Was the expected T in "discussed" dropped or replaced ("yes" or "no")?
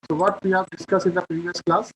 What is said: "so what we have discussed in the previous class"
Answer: yes